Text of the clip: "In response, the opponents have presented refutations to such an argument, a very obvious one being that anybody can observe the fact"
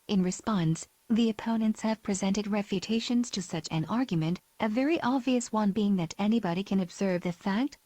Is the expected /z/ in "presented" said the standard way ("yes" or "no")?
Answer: yes